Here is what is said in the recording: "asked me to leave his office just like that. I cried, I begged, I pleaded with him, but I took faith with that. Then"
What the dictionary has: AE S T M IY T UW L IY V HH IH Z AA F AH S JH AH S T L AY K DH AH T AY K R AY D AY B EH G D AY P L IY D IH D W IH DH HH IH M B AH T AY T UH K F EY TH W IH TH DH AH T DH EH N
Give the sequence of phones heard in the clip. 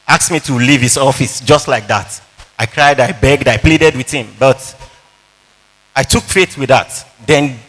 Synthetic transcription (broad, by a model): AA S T M IY T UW L IY V HH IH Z AA F AH S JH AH S T L AY K DH AH T AY K R AY D AY B EH G D AY P L IY D IH D W IH DH HH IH M B AH T AY T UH K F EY T W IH DH AH T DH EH N